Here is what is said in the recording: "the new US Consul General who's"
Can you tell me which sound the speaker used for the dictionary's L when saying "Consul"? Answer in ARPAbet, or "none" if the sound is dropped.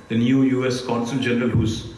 N